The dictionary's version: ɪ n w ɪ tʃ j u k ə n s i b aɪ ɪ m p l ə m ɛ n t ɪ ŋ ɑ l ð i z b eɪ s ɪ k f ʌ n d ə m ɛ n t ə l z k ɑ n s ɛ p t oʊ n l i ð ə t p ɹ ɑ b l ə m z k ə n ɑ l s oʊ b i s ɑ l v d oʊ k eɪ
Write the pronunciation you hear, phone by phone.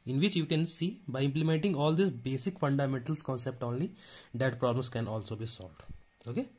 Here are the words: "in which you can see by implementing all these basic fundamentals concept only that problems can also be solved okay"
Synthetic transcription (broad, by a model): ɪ n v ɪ tʃ j u k ə n s i b aɪ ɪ m p l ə m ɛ n t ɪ ŋ ɑ l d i s b eɪ s ɪ k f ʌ n d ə m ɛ n t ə l s k ɑ n s ɛ p t oʊ n l i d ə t p ɹ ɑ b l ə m s k ə n ɑ l s oʊ b i s ɑ l v d oʊ k eɪ